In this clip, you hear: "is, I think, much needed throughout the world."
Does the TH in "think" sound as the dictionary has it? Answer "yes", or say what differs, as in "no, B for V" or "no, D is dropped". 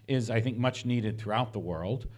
yes